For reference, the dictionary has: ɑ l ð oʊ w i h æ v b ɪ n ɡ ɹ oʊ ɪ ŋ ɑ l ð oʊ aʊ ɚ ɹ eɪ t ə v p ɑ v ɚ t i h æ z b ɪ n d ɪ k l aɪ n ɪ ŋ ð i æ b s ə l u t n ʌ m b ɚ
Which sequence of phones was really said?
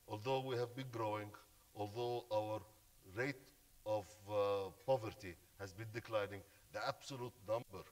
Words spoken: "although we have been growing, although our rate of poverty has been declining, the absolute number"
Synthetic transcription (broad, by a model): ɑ l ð oʊ w i h æ v b ɪ n ɡ ɹ oʊ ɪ ŋ ɑ l ð oʊ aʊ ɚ ɹ eɪ t ə v p ɑ v ɚ t i h æ z b ɪ n d ɪ k l aɪ n ɪ ŋ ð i æ b s ə l u t n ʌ m b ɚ